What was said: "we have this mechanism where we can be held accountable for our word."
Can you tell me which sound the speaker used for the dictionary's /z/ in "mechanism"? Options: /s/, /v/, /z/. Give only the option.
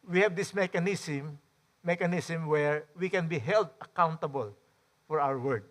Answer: /s/